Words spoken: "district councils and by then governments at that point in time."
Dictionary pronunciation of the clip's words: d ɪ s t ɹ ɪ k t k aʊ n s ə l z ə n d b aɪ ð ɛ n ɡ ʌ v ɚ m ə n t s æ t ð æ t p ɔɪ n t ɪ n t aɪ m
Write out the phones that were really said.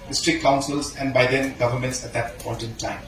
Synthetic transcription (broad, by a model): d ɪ s t ɹ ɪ k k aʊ n s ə l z ə n d b aɪ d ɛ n ɡ ʌ v ɚ m ə n t s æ t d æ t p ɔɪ t ɪ n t aɪ m